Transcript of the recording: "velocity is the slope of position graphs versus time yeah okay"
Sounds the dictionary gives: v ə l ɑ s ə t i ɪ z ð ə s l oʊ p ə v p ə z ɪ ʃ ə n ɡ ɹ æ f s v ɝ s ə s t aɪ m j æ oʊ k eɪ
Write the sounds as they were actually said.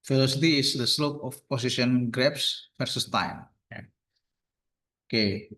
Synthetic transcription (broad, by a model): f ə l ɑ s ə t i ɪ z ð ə s l oʊ p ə f p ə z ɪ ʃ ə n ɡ ɹ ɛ p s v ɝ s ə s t aɪ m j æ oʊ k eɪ